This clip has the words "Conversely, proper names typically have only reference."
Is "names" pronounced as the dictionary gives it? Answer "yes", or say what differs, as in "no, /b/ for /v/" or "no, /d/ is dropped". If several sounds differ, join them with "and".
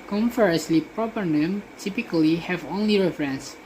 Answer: no, /z/ is dropped